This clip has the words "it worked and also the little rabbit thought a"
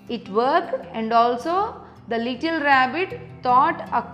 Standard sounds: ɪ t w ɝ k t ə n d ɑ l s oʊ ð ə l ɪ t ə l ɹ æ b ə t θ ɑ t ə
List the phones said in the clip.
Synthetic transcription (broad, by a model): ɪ t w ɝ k ə n d ɑ l s oʊ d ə l ɪ t ə l ɹ æ b ə t t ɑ t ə